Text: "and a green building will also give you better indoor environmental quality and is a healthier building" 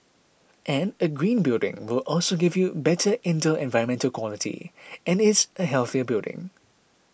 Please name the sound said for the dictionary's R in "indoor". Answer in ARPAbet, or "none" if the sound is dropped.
L